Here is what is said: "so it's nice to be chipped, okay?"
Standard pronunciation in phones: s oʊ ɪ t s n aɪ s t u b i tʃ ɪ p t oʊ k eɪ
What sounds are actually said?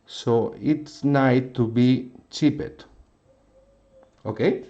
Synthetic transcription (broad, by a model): s oʊ ɪ t s n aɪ t u b i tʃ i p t oʊ k eɪ